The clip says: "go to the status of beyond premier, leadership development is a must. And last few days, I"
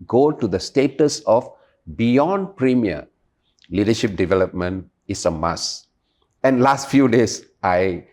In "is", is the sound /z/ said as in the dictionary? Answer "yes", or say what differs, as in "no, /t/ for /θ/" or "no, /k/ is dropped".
no, /s/ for /z/